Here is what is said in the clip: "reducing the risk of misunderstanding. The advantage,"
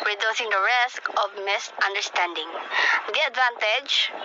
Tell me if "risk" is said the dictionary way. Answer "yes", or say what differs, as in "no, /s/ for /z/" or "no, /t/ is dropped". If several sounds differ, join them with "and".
yes